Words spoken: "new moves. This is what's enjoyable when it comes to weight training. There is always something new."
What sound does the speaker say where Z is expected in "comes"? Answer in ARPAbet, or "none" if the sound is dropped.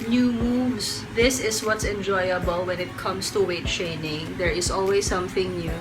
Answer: S